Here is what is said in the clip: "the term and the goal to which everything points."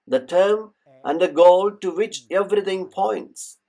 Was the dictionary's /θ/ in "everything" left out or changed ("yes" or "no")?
yes